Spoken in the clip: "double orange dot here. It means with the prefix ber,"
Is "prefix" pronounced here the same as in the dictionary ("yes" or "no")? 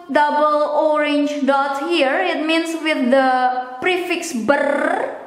yes